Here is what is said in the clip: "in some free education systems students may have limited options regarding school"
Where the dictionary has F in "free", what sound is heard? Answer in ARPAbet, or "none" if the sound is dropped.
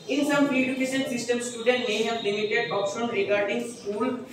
P